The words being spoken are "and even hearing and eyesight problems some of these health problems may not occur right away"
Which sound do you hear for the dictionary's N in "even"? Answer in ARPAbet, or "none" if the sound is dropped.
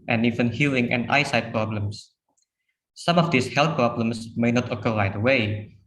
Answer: N